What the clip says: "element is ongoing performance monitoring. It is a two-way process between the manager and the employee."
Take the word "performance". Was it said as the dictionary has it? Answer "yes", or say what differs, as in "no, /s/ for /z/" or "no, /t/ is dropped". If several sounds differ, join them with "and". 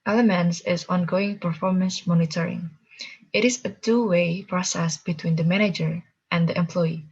yes